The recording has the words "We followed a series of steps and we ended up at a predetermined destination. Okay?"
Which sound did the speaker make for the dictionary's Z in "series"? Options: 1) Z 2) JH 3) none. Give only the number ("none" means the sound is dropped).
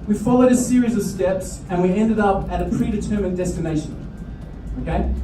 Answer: 1